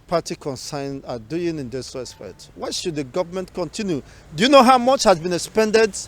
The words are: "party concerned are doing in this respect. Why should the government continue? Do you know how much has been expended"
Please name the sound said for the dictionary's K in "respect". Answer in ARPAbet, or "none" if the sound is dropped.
none